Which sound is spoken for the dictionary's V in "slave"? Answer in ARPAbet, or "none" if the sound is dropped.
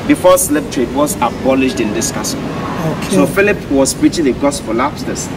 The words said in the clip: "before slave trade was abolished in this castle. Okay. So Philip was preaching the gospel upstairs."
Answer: P